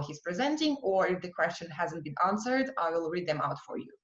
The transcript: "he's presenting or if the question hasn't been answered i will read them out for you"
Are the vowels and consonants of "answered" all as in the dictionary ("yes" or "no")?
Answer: yes